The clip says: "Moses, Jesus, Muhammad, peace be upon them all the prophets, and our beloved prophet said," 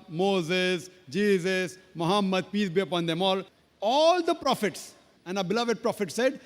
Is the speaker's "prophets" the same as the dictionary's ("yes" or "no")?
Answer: yes